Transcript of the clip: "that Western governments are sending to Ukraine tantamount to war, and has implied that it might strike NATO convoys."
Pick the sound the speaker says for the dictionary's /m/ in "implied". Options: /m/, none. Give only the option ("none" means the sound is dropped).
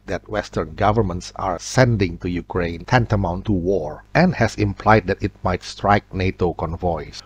/m/